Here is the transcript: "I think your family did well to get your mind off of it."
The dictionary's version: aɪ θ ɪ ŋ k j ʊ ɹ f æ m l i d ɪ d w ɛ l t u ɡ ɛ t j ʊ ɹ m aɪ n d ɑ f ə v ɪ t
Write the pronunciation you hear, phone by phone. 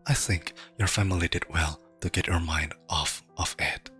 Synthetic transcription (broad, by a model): aɪ θ ɪ ŋ k j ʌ ɹ f æ m l i d ɪ d w ɛ l t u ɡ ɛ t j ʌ ɹ m aɪ n d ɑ f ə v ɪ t